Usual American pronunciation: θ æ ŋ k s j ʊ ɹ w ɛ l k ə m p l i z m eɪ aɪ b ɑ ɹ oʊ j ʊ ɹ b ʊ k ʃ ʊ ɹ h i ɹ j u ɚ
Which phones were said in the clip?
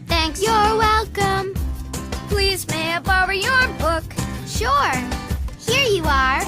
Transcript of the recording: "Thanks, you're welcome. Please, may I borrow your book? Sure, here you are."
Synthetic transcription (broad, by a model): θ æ ŋ k s j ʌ ɹ w ɛ l k ə m p l i z m eɪ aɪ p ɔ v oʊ j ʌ ɹ b ʊ k ʃ ʊ ɹ h i ɹ j u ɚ